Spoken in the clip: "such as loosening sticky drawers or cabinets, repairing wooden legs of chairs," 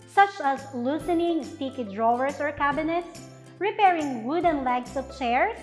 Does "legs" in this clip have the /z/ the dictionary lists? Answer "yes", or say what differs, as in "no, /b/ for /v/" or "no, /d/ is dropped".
no, /s/ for /z/